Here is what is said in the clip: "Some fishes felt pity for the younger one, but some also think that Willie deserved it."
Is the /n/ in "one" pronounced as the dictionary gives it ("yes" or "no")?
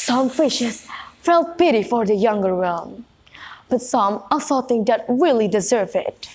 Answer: no